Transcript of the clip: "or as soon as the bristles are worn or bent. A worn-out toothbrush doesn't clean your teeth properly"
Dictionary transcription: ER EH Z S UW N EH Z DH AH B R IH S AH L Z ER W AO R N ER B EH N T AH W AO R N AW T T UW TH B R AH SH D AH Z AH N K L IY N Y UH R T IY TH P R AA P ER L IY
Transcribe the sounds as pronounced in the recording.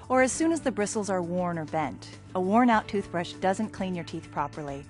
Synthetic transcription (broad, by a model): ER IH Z S UW N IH Z DH AH B R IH S L Z ER W AO R N ER B EH N T AH W AO R N AW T T UW TH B R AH SH D AH Z AH N K L IY N Y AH R T IY TH P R AA P ER L IY